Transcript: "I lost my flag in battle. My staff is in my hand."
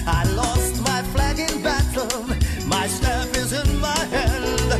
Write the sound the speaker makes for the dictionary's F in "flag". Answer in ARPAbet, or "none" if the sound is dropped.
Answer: F